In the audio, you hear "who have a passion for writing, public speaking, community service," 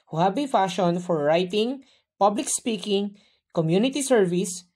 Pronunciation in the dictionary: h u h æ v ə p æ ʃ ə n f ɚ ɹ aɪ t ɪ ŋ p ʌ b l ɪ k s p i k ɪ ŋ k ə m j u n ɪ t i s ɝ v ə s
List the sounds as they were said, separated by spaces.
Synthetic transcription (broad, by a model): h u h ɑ b ə f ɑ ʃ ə n f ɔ ɹ aɪ t ɪ ŋ p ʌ b l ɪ k s p i k ɪ ŋ k ə m j u n ɪ t i s ɝ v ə s